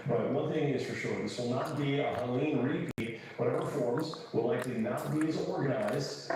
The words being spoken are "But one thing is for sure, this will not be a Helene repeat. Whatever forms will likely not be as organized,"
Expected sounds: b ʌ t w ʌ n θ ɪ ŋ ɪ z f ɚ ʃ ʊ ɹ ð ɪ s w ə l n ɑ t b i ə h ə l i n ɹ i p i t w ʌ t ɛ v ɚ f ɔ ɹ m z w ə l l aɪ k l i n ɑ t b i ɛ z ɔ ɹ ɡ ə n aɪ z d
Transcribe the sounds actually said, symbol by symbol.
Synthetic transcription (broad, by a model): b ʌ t w ʌ n θ ɪ ŋ ɪ z f ɚ ʃ ʊ ɹ ð ɪ s w ə l n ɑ t b i ə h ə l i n ɹ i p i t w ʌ t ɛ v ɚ f ɔ ɹ m z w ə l l aɪ k l i n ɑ t b i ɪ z ɔ ɹ ɡ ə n aɪ z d